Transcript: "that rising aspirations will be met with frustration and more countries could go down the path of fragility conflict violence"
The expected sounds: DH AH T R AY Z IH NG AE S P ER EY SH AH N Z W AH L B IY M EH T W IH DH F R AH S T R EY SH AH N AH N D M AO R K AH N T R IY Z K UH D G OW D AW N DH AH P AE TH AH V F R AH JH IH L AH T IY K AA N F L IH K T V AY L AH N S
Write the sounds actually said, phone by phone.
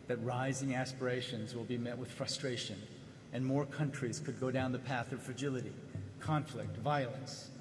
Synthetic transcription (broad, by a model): DH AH T R AY Z IH NG AE S P ER EY SH AH N Z W AH L B IY M EH T W IH DH F R AH S T R EY SH AH N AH N M AO R K AH N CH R IY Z K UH D G OW D AW N DH AH P AE TH AH V F R AH JH IH L AH T IY K AA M F L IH K T V AY L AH N S